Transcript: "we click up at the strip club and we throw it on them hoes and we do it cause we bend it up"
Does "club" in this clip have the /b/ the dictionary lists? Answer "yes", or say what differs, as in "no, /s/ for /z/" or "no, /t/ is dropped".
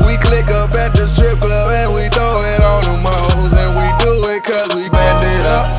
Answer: no, /b/ is dropped